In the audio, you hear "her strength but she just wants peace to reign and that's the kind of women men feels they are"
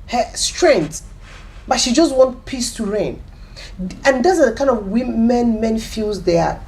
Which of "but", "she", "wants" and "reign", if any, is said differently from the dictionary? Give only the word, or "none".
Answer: wants